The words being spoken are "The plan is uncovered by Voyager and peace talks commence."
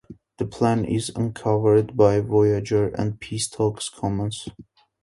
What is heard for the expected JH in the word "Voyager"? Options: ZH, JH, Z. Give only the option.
JH